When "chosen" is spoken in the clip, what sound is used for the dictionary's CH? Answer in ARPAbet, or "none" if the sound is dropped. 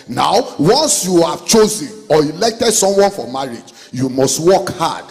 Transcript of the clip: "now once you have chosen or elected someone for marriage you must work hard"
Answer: CH